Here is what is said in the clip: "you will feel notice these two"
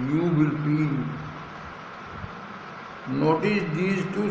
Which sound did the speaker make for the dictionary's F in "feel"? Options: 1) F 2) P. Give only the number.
2